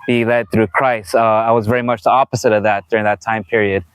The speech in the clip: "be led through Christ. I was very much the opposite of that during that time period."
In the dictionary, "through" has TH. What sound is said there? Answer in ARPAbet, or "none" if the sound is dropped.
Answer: TH